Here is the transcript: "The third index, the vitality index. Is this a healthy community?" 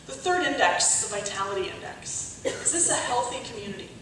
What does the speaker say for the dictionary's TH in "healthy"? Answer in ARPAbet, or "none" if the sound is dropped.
TH